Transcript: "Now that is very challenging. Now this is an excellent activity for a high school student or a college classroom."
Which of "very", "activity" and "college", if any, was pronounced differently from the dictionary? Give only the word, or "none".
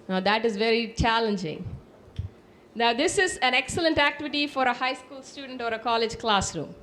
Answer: none